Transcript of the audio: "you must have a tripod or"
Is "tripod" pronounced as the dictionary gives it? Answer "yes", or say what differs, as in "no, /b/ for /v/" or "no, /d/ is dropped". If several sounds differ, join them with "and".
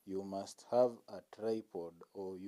yes